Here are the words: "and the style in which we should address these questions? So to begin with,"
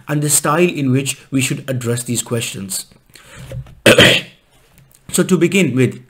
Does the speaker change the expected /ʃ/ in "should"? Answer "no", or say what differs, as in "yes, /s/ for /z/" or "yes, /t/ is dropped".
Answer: no